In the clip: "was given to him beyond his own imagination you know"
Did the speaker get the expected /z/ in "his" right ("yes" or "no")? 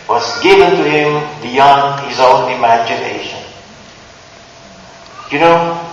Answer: yes